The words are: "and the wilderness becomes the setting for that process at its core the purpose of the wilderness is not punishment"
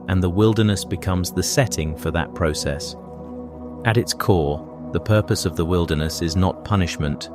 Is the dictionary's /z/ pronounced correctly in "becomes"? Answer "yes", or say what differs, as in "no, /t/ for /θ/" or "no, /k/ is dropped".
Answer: yes